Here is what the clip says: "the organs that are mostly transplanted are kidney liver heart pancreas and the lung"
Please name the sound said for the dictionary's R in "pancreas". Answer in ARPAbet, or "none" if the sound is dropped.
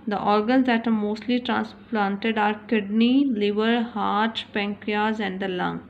none